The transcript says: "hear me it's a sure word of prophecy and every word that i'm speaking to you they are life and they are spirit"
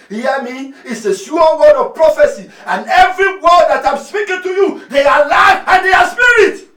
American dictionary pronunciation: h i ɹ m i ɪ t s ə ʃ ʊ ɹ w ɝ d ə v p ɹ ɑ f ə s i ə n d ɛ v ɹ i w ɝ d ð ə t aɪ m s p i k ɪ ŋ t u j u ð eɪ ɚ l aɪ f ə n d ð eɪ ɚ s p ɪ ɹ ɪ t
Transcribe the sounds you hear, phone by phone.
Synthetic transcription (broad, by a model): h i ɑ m i ɪ t s ə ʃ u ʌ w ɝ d ə v p ɹ ɑ f ə s i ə n ɛ v ɹ i w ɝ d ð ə t aɪ m s p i k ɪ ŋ t u j u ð eɪ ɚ l aɪ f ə n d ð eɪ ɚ s p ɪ ɹ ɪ t